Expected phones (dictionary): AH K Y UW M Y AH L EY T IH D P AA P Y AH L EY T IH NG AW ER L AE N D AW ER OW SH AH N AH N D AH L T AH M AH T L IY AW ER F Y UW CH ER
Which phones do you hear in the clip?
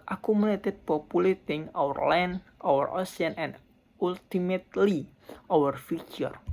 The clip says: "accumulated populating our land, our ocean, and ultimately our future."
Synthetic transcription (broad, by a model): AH K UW M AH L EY T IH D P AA P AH L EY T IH NG AW ER L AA N AW ER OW S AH N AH N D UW L T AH M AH T L IY AW ER F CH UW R